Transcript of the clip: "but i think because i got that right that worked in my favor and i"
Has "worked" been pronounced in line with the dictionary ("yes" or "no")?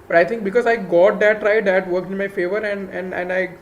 no